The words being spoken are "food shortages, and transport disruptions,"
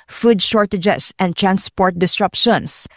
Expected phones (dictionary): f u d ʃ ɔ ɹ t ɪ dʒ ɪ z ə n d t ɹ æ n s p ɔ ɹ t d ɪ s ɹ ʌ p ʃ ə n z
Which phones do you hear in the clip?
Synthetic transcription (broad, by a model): f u d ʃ ɔ ɹ t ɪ dʒ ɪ s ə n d t ɹ æ n s p ɔ ɹ t d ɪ s ɹ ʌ p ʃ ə n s